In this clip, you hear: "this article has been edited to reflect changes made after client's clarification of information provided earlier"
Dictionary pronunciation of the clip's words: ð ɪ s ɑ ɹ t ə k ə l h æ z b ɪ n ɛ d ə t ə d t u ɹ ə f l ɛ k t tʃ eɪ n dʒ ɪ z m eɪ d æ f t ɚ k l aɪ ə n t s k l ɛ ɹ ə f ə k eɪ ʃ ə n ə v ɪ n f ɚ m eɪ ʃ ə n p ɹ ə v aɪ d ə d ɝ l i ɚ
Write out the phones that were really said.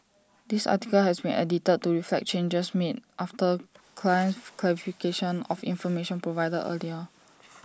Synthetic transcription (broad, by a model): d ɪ s ɑ t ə k ə l h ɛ s b ɪ n ɛ d ə t ə d t u ɹ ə f l ɛ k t tʃ eɪ n dʒ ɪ s m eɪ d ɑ f t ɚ k l aɪ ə n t k l ɛ ɹ ə f ə k eɪ ʃ ə n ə f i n f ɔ m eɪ ʃ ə n p ɹ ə v aɪ d ə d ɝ l i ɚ